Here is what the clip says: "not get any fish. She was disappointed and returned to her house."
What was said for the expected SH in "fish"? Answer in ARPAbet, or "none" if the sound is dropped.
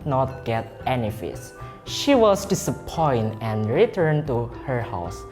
S